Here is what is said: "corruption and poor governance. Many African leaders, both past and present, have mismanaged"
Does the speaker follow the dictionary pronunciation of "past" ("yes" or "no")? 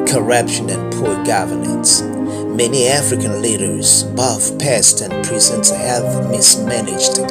yes